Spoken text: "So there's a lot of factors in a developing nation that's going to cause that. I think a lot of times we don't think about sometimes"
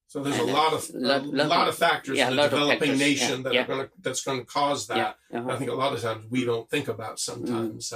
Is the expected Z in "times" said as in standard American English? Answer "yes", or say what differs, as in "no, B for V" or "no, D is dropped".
yes